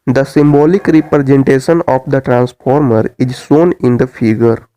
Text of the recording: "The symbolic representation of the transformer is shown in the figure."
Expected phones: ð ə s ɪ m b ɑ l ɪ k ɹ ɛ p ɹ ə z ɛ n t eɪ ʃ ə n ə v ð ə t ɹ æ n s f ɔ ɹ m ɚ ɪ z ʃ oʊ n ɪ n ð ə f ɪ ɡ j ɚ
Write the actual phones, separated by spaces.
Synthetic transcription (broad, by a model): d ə s ɪ m b ɑ l ɪ k ɹ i p ɹ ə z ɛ n t eɪ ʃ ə n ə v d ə t ɹ æ n s f ɔ ɹ m ɚ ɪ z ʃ oʊ n ɪ n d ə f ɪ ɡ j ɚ